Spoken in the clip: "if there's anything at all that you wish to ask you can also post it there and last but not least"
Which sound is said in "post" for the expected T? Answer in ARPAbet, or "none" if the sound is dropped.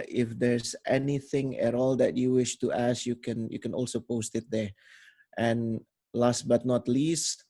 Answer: T